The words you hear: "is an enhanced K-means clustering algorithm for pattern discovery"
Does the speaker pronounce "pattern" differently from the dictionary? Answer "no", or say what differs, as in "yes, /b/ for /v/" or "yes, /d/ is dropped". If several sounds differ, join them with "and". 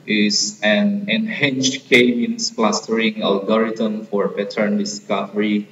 yes, /b/ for /p/